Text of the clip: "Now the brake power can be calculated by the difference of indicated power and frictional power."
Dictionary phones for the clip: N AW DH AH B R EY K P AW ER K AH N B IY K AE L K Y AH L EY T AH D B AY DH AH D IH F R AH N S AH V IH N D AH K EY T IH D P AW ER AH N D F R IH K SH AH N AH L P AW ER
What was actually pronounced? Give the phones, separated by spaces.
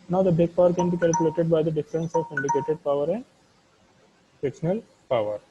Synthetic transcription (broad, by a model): N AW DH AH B EY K P AW ER K AH N B IY K AE L K Y AH L EY T AH D B AY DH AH D IH F R AH N S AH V IH N D AH K EY T IH D P AW ER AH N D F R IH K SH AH N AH L P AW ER